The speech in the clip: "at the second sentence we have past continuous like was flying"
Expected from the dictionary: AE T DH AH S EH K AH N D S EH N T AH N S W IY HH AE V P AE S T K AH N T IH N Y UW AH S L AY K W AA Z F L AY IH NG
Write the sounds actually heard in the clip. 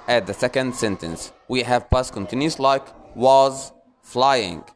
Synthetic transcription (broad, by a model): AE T DH AH S EH K AH N D S EH N T AH N S W IY HH AE V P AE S K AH N T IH N Y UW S L AY K W AA Z F L AY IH NG